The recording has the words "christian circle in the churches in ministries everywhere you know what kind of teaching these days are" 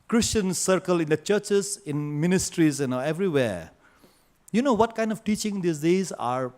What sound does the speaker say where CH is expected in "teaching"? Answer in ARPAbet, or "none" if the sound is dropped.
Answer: CH